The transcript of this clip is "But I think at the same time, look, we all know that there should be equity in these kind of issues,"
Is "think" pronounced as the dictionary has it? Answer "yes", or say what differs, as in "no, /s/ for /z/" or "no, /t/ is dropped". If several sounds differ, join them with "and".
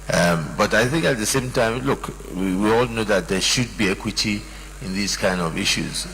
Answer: yes